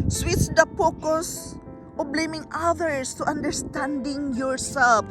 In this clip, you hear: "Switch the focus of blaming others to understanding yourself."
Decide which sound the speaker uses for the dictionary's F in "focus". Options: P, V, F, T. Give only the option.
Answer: P